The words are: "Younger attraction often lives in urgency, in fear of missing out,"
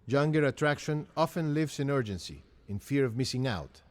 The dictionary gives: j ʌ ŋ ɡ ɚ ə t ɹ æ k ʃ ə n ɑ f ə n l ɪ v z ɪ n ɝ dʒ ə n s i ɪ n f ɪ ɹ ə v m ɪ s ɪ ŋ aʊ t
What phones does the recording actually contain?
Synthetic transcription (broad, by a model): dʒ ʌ ŋ ɡ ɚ ə t ɹ æ k ʃ ə n ɑ f ə n l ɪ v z ɪ n ɝ dʒ ə n s i ɪ n f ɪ ɹ ə v m ɪ s ɪ ŋ aʊ t